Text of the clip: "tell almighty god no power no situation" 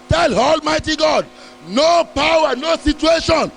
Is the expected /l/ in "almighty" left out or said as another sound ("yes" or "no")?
no